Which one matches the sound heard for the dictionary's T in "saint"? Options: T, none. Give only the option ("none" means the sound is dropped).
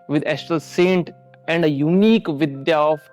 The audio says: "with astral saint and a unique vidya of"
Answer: T